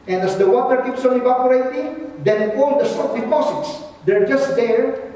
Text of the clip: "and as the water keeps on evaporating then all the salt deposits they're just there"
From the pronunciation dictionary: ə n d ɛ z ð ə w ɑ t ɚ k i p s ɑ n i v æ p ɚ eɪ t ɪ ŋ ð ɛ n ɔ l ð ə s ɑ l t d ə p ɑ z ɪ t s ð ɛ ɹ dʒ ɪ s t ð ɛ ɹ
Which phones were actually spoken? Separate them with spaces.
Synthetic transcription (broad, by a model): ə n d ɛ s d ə w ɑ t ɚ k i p s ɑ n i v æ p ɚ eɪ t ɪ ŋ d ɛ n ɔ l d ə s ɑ t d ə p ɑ s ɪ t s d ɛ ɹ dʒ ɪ s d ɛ ɹ